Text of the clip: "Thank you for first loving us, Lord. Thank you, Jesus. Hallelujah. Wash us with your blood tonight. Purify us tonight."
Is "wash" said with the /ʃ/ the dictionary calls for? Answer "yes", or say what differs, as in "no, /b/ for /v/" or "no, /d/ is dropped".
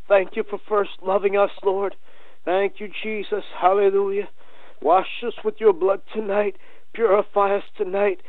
yes